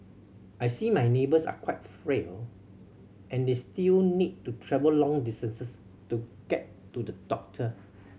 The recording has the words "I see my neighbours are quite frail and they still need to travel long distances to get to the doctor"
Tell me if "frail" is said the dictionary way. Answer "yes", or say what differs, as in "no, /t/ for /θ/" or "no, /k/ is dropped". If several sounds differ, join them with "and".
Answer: yes